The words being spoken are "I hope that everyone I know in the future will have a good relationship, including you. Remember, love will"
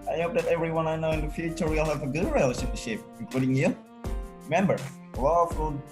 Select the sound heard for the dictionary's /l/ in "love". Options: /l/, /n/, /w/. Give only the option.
/w/